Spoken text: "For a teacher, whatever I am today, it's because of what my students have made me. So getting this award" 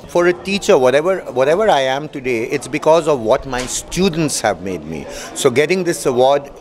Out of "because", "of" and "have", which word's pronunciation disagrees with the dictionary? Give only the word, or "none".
none